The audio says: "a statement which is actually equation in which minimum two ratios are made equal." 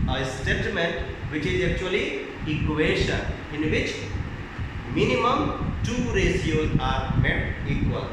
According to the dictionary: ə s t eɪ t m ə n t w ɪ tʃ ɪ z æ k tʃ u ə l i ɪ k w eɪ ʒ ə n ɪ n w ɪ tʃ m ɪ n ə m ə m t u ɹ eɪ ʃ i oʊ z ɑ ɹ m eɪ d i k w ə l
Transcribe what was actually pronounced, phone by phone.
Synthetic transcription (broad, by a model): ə s t eɪ t m ə n t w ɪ tʃ ɪ z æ k tʃ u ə l i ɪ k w eɪ ʃ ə ɪ n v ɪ tʃ m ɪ n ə m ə m t u ɹ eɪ s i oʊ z ɑ ɹ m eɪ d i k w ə l